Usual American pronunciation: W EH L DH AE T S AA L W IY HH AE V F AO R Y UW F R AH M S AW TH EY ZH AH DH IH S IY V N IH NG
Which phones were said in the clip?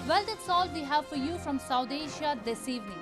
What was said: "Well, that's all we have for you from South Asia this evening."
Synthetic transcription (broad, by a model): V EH L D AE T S AA L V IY HH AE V F AO R Y UW F R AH M S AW T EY SH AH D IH S IY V N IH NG